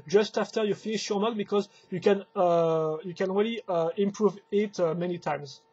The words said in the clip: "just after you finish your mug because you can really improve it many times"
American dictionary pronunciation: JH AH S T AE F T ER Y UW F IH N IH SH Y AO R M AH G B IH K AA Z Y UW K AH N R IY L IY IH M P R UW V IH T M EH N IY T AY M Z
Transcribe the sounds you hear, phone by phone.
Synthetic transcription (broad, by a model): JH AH S T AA F T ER Y UW F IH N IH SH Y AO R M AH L B IH K AA Z Y UW K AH N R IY L IY IH M P R UW V IH T M EH N IY T AY M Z